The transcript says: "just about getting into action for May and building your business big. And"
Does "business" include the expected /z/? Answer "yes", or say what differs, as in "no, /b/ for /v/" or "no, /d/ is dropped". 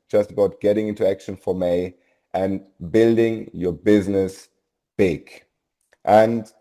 yes